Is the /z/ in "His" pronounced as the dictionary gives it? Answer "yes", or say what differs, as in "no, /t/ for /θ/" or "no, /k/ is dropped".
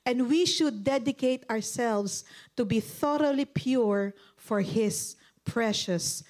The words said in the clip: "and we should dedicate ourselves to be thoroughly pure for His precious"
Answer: no, /s/ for /z/